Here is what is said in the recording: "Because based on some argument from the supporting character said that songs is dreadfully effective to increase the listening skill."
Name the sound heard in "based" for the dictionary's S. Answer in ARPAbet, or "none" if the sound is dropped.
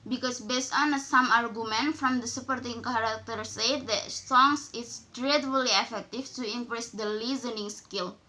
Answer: S